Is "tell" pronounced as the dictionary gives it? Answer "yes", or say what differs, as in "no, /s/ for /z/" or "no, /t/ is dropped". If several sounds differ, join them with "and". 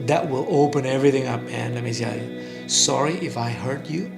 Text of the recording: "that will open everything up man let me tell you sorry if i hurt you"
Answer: no, /s/ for /t/